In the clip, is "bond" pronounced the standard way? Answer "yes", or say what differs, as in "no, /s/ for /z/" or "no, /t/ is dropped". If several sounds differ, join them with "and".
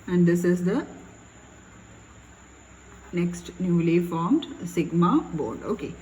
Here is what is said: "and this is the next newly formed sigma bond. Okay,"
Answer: no, /n/ is dropped